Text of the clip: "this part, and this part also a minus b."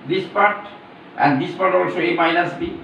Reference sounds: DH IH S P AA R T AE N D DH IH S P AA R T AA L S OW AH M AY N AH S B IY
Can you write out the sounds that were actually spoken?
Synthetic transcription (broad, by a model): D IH S P AA R T AE N D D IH S P AA R T AA L S OW AH M AY N AH S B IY